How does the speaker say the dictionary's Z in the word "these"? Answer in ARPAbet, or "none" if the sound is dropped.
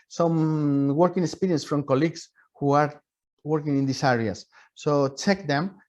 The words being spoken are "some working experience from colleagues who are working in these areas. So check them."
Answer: S